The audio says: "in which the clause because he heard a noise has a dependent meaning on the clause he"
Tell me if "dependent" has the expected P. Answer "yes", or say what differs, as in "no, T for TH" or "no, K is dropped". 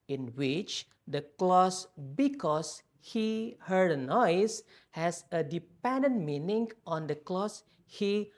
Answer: yes